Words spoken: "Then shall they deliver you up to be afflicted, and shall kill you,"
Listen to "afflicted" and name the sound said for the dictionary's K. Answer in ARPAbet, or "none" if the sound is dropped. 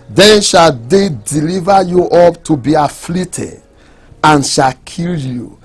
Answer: none